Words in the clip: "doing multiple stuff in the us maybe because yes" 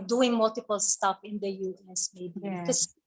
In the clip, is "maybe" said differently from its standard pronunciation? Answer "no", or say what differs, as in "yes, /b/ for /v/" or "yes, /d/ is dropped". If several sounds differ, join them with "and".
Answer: yes, /b/ is dropped